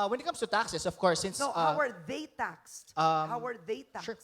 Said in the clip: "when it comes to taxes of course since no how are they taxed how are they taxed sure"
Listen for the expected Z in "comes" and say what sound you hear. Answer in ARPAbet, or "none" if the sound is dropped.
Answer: S